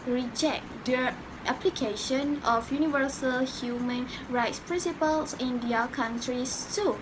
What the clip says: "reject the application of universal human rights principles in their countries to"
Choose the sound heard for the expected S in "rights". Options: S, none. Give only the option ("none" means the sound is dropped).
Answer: S